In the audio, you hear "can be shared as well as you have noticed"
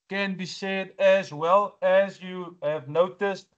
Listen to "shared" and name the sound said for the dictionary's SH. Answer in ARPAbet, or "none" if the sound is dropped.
S